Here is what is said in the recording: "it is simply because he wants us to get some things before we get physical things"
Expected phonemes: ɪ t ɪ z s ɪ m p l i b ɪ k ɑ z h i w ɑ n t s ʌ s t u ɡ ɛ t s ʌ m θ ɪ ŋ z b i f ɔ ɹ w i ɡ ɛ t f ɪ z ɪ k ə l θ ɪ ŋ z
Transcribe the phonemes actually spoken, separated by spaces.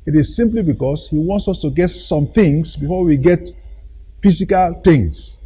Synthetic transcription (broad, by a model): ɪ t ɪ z s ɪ m p l i b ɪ k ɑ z h i w ɑ n t s ʌ s t u ɡ ɛ t s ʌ m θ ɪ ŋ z b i f ɔ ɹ w i ɡ ɛ t f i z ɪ k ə l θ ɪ ŋ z